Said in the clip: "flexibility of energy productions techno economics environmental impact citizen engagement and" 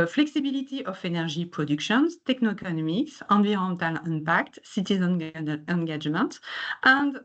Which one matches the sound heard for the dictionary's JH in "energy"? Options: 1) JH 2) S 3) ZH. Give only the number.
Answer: 3